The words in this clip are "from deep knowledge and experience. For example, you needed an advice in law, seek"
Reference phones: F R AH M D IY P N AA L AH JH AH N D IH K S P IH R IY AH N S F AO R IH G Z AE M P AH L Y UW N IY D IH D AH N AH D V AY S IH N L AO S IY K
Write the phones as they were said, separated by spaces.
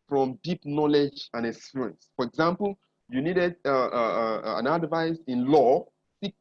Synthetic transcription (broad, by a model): F R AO M D IY P N AA L AH JH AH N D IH S UW R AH N S F AO R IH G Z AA M P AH L Y UW N IY D IH D AH N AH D V AY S IH N L AO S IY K